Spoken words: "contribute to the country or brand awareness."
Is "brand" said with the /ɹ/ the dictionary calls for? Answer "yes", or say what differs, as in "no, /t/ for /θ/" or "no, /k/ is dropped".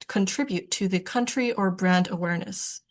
yes